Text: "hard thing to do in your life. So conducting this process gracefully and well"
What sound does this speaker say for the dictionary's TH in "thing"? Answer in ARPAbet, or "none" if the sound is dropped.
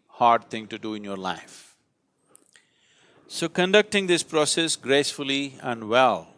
T